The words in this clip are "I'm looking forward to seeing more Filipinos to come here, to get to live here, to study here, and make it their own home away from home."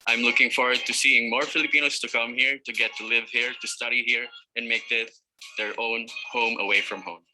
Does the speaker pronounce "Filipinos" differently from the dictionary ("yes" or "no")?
yes